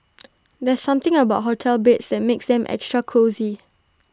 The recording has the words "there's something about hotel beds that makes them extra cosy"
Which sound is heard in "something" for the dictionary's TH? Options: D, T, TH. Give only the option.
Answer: T